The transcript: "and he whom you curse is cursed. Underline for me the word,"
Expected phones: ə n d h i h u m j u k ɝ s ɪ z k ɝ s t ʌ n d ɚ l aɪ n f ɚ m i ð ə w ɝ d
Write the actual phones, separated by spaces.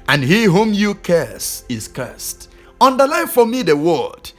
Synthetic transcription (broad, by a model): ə n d h i h u m j u k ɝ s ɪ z k ɝ s t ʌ n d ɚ l aɪ f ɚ m i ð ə w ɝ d